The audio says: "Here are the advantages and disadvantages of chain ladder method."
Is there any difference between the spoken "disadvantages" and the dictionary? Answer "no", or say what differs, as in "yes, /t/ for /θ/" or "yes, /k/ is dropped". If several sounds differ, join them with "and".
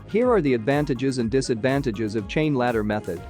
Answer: no